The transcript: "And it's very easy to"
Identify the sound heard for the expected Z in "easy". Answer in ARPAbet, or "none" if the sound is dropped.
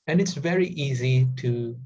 Z